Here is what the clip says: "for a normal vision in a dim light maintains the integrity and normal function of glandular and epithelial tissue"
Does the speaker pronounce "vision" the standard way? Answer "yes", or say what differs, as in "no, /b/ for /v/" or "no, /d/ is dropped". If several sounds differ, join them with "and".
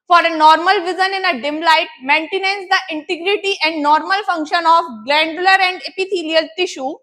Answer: no, /z/ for /ʒ/